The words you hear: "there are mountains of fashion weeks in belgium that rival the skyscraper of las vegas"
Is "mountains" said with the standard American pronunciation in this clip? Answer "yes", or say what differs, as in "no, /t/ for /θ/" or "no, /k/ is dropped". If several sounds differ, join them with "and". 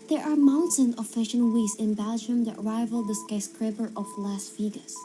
no, /z/ is dropped